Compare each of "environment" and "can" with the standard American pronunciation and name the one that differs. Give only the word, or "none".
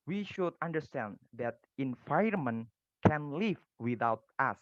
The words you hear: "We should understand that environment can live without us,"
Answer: environment